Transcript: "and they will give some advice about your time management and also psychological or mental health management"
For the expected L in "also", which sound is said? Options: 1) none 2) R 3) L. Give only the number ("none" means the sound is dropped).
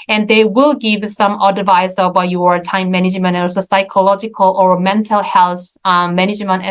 1